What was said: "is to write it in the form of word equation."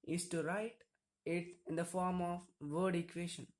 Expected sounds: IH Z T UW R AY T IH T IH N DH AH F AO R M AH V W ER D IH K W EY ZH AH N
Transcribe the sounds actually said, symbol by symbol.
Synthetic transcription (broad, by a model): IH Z T UW R AY T IH T IH N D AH F AO R M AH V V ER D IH K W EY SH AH N